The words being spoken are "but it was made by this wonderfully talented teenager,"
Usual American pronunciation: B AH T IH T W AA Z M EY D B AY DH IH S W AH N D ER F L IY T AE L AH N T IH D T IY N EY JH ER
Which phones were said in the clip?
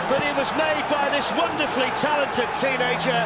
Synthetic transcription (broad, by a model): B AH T IH T W AA Z M EY D B AY DH IH S W AH N D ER F L IY T AE L AH N T IH D T IY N EY JH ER